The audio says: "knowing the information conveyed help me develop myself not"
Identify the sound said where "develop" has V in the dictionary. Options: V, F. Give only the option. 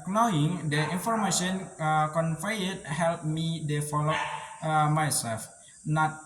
F